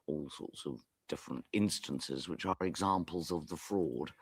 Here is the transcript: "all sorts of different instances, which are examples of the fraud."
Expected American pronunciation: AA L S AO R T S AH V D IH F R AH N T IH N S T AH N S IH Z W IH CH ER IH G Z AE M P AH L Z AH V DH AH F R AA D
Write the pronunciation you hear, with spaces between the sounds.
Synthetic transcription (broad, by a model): AA L S AO T S AH V D IH F R AH N T IH N S T AH N S IH Z W IH CH ER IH G Z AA M P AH L Z AH V DH AH F R AA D